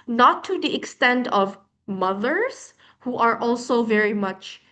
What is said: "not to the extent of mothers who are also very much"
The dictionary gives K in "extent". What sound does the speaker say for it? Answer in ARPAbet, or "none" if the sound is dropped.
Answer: K